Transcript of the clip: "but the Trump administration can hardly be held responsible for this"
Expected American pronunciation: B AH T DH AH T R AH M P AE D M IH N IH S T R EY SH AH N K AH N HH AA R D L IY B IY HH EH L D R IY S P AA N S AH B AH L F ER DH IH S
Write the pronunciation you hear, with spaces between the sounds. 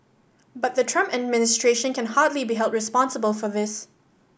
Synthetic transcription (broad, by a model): B AH T DH AH T R AH M P AE D M IH N IH S T R EY SH AH N K AH N HH AA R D L IY B IY HH EH L D R IY S P AA N S AH B AH L F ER DH IH S